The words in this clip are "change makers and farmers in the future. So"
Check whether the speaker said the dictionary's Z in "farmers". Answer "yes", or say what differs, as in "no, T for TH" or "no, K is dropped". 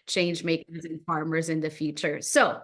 yes